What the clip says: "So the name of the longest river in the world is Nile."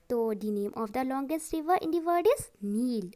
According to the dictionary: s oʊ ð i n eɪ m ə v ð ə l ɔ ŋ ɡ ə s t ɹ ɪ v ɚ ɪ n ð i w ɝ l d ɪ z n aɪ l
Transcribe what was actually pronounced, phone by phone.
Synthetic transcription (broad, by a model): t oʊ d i n eɪ m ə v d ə l ɔ ŋ ɡ ə s t ɹ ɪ v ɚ ɪ n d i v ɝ d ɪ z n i l